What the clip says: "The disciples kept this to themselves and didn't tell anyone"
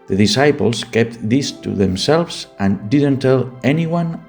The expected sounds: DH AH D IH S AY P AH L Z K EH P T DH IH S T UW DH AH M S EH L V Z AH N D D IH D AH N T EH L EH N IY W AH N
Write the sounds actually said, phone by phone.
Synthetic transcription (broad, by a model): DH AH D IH S AY P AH L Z K EH P T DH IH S T UW DH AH M S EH L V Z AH N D D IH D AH N T EH L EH N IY W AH N